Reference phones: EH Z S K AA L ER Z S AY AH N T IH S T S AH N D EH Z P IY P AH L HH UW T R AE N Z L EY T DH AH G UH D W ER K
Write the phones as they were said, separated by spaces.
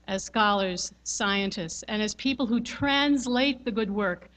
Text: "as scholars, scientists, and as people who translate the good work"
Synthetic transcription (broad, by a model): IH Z S K AA L ER Z S AY AH N T IH S T S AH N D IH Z P IY P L HH UW T R AE N Z L EY T DH AH G UH D W ER K